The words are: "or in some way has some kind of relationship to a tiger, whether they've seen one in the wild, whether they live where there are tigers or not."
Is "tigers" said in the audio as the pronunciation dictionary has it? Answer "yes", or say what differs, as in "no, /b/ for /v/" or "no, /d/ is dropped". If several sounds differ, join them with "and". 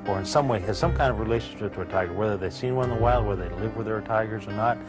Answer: yes